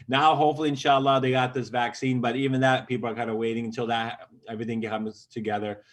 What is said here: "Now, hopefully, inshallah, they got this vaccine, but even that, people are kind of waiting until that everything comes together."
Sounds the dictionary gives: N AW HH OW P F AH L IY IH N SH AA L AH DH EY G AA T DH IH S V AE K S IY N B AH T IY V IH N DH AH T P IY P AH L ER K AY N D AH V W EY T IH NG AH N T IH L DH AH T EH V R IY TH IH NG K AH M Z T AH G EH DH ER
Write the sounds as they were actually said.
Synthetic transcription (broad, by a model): N AW HH OW P F L IY IH N SH AA L AH DH EY G AA T DH IH S V AE K S IY N B AH T IY V IH N DH AH T P IY P L ER K AY N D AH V W EY T IH NG AH N T IH L DH AH T EH V R IY TH IH NG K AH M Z T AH G EH DH ER